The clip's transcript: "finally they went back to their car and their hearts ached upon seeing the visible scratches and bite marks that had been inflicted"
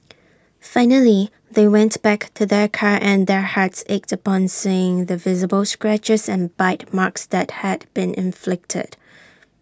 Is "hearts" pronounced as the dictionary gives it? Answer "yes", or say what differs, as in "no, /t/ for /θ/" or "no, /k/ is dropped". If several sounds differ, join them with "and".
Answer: yes